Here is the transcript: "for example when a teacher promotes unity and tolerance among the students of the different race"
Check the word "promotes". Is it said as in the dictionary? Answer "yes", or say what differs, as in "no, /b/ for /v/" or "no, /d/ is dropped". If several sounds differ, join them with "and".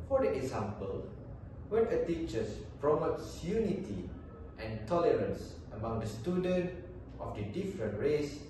yes